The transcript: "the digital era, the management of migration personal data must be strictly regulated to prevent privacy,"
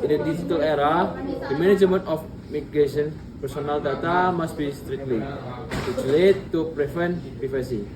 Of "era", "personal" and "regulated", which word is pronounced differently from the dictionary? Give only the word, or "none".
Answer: regulated